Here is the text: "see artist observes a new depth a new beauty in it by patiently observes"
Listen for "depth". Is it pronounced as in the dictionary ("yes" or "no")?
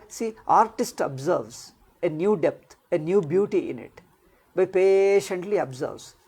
no